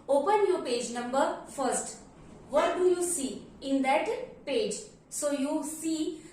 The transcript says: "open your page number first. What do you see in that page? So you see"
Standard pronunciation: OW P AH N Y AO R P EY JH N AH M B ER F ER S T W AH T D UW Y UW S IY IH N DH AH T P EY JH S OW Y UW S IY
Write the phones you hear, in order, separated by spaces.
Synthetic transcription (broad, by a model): OW P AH N Y AO R P EY JH N AH M B ER F ER S T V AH T D UW Y UW S IY IH N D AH T P EY JH S OW Y UW S IY